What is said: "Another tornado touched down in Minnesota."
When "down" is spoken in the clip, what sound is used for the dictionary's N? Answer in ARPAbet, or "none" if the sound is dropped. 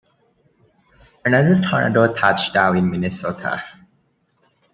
none